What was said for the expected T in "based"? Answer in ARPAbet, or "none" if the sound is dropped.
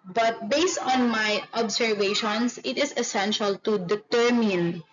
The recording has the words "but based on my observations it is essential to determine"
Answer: T